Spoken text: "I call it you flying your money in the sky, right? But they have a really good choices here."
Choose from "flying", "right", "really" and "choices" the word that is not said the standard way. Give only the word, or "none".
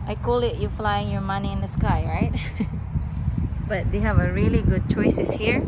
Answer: choices